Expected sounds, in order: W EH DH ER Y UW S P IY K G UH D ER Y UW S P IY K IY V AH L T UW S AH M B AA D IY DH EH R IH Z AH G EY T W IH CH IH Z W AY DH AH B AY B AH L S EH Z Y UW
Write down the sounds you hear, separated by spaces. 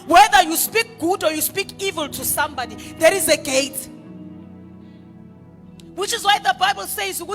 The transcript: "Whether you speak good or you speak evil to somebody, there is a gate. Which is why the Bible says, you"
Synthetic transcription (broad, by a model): W EH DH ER Y UW S P IY K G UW D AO Y UW S P IY K IY V AH L T UW S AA M B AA D IY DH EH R IH Z AH G EY T W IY CH IH Z W AY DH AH B AY B AH L S EH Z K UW